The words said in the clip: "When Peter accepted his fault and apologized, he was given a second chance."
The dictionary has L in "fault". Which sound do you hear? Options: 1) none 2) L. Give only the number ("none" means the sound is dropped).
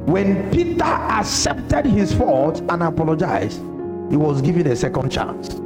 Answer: 1